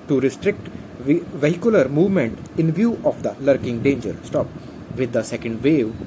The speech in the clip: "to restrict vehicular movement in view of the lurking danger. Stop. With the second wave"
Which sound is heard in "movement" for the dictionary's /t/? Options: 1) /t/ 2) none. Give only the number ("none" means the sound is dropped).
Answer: 1